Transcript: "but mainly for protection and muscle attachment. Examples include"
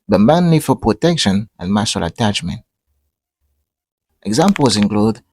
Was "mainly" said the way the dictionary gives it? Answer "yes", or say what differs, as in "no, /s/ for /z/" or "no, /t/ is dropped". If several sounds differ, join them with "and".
no, /n/ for /l/